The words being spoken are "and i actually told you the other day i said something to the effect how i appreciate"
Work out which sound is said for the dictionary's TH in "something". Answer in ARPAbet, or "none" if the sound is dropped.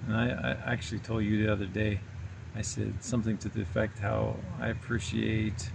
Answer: TH